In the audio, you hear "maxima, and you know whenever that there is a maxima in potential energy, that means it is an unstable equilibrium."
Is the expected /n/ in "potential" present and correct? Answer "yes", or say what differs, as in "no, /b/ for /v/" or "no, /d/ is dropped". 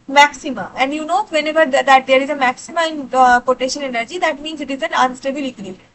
no, /n/ is dropped